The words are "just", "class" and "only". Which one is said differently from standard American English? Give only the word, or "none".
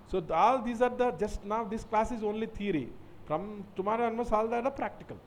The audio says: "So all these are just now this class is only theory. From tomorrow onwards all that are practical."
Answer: none